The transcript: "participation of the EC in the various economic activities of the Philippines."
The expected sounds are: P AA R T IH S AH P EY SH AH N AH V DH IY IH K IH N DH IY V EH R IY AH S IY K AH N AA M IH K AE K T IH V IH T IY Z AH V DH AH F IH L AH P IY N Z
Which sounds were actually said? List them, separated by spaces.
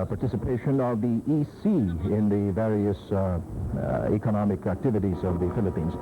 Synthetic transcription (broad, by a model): P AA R T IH S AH P EY SH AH N AH V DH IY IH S IH N DH IY V EH R IY AH S IY K AH N AA M IH K AE K T IH V IH T IY Z AH V DH AH F IH L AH P IY N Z